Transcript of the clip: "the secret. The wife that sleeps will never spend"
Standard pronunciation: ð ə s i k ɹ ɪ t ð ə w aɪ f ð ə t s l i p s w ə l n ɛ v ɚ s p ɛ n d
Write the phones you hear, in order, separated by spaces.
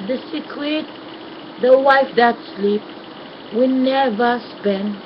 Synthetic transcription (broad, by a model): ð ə s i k ɪ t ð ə w aɪ f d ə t s l i p w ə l n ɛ v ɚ s p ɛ n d